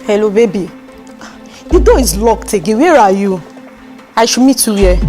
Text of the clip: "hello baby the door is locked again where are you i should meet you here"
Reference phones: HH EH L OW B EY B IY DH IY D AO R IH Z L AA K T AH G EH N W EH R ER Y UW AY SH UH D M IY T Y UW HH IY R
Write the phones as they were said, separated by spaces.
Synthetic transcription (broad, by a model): HH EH L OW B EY B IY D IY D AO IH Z L AA K T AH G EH W EH R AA Y UW AY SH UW M IY T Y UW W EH